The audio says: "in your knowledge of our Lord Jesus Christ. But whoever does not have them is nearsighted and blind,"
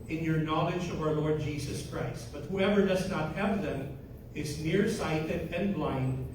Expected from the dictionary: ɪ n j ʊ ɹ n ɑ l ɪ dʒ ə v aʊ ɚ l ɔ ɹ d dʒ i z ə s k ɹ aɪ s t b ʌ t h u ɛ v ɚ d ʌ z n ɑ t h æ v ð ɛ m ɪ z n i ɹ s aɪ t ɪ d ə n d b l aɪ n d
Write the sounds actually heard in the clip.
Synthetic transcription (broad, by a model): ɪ n j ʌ ɹ n ɑ l ɪ dʒ ə v aʊ ɚ l ɔ ɹ d dʒ i z ə s k ɹ aɪ s t b ʌ t h u ɛ v ɚ d ʌ z n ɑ t h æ v ð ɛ m ɪ z n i ɹ s aɪ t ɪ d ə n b l aɪ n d